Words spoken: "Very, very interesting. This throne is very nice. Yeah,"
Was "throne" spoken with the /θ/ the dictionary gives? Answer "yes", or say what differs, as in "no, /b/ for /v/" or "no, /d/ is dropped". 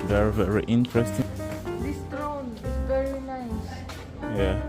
no, /t/ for /θ/